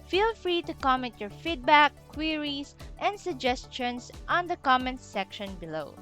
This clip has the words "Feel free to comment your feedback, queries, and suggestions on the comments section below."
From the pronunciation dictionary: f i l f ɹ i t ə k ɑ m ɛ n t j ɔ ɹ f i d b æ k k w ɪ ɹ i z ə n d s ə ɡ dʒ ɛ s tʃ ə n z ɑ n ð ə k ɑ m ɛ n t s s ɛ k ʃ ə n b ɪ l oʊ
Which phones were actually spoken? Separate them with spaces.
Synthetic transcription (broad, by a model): f i l f ɹ i t ə k ɑ m ɛ n t j ɔ ɹ f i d b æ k k w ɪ ɹ i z ə n d s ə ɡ dʒ ɛ s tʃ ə n s ɑ n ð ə k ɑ m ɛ n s s ɛ k ʃ ə n b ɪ l oʊ